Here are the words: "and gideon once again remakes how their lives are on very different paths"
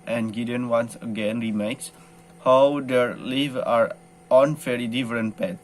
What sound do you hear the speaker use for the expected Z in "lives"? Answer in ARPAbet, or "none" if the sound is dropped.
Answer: none